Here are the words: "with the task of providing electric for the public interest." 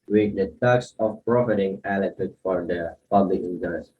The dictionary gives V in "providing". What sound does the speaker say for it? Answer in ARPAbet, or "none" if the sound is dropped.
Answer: F